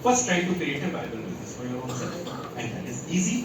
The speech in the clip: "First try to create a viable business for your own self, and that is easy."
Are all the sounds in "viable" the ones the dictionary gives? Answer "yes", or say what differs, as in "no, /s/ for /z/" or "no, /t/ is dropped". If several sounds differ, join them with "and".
no, /b/ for /v/